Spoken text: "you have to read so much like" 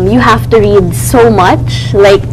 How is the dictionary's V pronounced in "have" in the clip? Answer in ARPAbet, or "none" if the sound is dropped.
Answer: F